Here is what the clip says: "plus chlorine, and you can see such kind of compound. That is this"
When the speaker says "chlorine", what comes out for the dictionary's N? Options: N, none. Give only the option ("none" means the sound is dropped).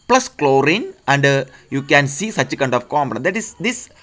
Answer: N